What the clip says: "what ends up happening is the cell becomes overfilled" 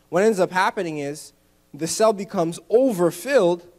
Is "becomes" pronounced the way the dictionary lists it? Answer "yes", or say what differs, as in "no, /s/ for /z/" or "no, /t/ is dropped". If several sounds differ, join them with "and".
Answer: yes